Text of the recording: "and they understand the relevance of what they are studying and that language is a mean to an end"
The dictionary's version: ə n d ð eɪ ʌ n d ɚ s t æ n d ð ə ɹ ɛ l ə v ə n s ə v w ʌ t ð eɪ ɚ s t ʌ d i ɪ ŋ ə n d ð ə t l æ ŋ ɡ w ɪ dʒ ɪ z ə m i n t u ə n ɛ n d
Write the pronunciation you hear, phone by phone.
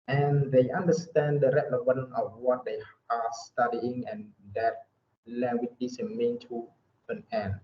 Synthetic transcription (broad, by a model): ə n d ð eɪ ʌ n d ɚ s t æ n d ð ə ɹ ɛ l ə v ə n ə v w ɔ t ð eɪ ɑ s t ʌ d i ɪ ŋ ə n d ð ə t l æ ŋ ɡ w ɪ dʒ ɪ s ə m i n t u ə n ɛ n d